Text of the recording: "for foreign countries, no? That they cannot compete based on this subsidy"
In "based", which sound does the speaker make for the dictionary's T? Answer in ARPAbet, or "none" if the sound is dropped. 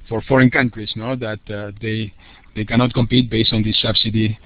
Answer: T